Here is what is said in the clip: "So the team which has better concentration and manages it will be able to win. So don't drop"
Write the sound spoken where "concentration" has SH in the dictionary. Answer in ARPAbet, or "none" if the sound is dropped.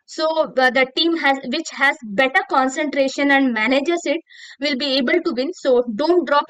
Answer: SH